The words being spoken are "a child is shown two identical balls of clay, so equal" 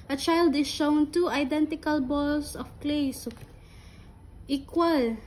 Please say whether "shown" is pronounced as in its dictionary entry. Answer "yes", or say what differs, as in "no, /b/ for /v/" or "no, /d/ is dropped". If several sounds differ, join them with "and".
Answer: yes